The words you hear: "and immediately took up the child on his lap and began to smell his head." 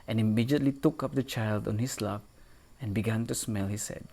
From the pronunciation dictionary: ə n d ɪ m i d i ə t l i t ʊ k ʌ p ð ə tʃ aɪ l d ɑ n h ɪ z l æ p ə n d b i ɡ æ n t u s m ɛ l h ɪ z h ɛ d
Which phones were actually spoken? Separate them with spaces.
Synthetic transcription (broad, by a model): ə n ɪ m i d i ə t l i t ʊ k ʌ p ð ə tʃ aɪ l d ɑ n h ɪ s l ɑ f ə n b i ɡ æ n t u s m ɛ l h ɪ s ɛ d